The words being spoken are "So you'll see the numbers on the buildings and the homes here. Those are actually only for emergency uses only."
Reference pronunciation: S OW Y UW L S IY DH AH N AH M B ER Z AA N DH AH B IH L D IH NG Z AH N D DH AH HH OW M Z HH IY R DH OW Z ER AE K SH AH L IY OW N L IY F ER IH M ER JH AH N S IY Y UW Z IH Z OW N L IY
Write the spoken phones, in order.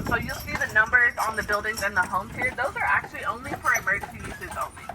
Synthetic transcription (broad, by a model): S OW Y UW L S IY DH AH N AH M B ER Z N DH AH B IH L D IH NG Z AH N DH AH HH OW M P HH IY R DH OW Z ER AE K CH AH L IY OW N L IY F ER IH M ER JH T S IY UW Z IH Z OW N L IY